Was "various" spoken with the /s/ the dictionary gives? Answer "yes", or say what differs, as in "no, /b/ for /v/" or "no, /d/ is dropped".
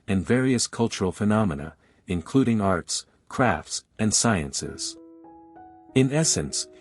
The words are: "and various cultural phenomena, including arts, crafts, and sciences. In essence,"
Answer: yes